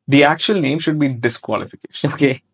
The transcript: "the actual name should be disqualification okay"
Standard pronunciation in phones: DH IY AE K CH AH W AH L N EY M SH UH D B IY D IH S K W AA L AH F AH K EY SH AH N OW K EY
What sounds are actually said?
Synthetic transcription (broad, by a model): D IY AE K CH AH AH L N EY M SH UH D B IY D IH S K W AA L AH F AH K EY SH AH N OW K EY